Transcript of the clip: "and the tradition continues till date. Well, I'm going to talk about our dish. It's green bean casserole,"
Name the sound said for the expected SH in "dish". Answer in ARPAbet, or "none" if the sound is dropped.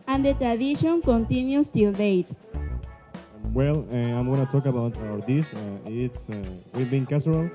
S